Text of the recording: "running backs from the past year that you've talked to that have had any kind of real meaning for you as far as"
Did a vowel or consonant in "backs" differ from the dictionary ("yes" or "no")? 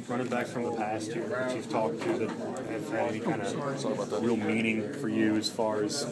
yes